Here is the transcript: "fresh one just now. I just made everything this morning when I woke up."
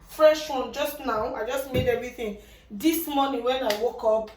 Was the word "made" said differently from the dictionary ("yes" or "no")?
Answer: no